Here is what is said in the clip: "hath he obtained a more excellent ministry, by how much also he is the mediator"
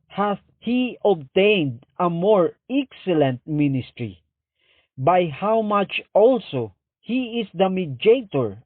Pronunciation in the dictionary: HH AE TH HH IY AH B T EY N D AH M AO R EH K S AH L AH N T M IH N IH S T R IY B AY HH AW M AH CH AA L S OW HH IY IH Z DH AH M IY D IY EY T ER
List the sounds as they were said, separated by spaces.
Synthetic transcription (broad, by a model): HH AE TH HH IY AH B T EY N D AH M AO R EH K S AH L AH N T M IH N IH S T R IY B AY HH AW M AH CH AA L S OW HH IY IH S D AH M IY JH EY T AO